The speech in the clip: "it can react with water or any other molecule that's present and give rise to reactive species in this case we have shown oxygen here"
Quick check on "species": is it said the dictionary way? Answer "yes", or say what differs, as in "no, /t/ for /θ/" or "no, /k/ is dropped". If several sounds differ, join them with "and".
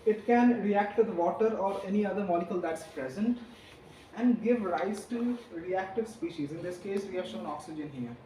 yes